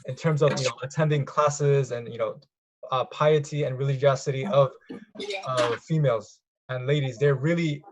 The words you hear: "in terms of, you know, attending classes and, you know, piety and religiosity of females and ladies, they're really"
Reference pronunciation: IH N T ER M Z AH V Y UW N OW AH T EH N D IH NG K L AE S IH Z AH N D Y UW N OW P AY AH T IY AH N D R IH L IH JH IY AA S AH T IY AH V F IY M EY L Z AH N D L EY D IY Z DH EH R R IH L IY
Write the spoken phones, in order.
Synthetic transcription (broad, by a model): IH N T ER M Z AH V Y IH N OW AH T EH N D IH NG K L AE S IH Z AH N Y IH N OW P AY AH T IY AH N R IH L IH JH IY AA S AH T IY AH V F IY M EY L Z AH N L EY D IY Z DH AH R R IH L IY